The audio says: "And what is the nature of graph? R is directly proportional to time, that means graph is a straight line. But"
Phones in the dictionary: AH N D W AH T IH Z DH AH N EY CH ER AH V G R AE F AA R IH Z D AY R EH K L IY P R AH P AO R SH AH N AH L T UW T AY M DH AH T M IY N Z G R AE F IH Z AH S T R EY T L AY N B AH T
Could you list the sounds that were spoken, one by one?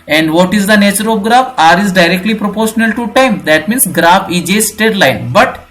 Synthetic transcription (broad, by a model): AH N D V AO T IH Z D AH N EY CH ER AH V G R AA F AA R IH Z D AY R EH K L IY P R AH P AO R SH AH N AH L T UW T AY M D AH T M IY N S G R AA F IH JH AH S T EY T L AY N B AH T